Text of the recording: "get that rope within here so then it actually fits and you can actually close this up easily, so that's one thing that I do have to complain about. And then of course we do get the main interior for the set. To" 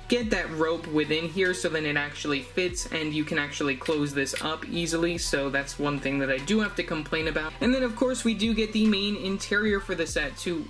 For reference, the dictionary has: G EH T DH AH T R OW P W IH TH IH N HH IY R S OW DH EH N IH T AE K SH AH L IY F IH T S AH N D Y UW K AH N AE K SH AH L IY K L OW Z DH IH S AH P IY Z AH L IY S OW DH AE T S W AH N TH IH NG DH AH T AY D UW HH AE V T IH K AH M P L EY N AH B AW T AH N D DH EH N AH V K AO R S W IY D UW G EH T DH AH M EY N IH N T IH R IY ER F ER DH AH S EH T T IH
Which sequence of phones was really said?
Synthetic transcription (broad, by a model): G EH T DH AH T R OW P W IH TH IH N HH IY R S OW DH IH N IH T AE K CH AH L IY F IH T S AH N Y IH K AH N AE K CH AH L IY K L OW Z DH IH S AH P IY Z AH L IY S OW DH AE T S W AH N TH IH NG DH AH T AY D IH HH AE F T IH K AH M P L EY N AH B AW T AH N DH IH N AH V K AO R S W IY D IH G EH T DH AH M EY N IH N T IH R IY ER F ER DH AH S EH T T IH